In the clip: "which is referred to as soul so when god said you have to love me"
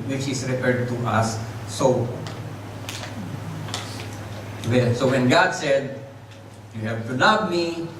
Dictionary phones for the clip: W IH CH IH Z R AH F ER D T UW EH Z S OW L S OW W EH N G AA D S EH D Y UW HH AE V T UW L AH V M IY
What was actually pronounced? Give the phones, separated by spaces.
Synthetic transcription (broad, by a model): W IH CH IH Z R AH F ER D T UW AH S OW N S OW W EH N G AA D S EH D Y UW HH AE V T UW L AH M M IY